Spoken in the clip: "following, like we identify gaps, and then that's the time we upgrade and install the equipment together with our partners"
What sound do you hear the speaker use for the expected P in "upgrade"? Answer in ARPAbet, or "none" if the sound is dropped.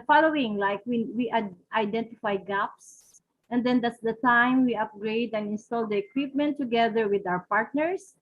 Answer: P